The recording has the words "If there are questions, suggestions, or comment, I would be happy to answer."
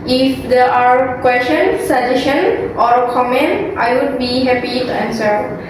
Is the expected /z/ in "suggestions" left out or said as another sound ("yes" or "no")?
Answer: yes